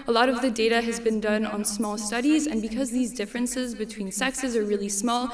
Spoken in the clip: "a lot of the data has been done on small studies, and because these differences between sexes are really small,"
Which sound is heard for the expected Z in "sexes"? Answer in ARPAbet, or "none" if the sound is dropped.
Z